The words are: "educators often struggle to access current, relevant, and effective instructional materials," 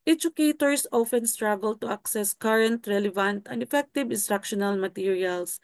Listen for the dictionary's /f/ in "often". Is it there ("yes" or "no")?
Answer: yes